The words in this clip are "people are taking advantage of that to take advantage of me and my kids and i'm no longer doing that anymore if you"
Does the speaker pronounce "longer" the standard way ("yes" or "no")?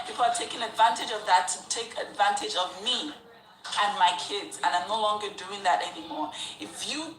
yes